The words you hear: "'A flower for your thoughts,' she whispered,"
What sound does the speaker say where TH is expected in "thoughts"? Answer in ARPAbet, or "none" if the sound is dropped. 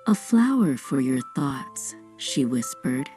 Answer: TH